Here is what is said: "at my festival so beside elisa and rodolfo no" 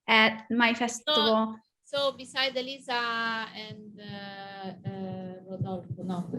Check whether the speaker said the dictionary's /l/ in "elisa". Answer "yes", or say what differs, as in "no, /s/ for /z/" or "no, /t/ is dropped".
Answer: yes